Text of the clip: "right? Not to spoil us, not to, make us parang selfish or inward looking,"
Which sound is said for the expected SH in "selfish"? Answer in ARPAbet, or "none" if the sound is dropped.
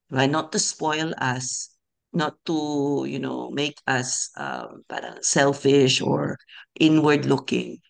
SH